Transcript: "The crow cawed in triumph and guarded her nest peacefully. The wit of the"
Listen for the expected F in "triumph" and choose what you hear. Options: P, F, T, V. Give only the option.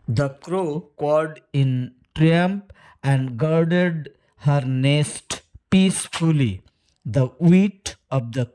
P